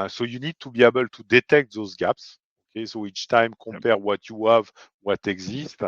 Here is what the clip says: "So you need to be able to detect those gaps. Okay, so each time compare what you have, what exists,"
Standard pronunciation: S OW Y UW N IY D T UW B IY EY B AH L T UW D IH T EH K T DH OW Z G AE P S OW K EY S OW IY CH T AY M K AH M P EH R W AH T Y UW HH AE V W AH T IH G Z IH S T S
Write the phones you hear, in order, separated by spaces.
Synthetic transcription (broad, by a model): S OW Y UW N IY D T UW B IY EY B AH L T UW D IH T EH K T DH OW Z G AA P S OW K EY S OW IY CH T AY M K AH P EH R W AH T Y UW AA V W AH T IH G Z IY S T